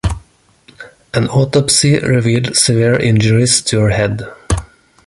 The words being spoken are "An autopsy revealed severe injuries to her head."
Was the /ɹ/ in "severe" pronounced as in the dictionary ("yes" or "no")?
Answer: yes